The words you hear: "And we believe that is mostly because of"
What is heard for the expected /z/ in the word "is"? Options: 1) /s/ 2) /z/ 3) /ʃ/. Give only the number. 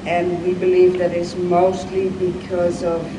1